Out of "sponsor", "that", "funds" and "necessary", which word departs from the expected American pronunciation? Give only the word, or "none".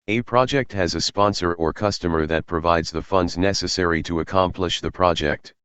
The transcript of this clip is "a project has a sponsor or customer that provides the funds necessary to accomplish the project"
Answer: none